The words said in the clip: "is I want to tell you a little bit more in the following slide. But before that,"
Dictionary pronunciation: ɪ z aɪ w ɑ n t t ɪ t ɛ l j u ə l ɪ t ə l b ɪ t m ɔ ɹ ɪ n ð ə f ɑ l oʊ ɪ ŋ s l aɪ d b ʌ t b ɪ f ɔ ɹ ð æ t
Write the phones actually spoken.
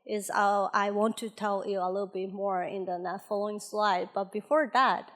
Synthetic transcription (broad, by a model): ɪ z aɪ w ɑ n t t ɪ t ɛ l j u ə l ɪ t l b ɪ t m ɔ ɹ ɪ n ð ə f ɑ l oʊ ɪ ŋ s l aɪ d b ʌ t b ɪ f ɔ ɹ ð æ t